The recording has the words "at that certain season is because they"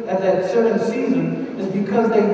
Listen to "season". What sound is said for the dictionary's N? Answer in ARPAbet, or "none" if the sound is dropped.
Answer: N